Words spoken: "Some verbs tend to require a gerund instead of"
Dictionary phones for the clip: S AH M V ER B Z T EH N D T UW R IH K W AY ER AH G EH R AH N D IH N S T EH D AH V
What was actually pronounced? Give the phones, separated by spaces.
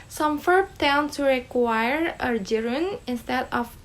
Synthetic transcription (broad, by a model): S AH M F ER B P T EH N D T UW R IH K W AY ER AH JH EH R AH N IH N S T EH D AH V